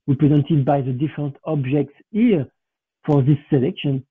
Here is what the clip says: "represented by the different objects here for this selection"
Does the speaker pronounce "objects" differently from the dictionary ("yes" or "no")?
no